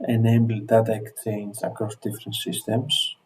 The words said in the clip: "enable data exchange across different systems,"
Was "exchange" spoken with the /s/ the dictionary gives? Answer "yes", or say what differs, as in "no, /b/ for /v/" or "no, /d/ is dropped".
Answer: no, /s/ is dropped